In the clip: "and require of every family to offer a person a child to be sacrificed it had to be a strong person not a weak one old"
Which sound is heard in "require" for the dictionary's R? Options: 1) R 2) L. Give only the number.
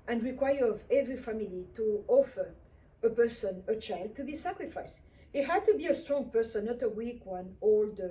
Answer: 1